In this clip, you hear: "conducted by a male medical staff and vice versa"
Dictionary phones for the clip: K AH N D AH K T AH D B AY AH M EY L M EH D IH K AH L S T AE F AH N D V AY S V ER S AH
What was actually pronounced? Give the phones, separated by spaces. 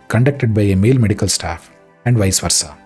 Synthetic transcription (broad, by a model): K AH N D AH K T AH D B AY AH M EY L M EH D IH K AH L S T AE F AH N D V AY S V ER S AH